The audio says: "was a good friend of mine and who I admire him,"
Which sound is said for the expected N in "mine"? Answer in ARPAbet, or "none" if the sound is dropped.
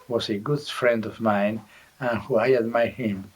N